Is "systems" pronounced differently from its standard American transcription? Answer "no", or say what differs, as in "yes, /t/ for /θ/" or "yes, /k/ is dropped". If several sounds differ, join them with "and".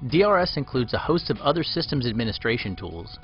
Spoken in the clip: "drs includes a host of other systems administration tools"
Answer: no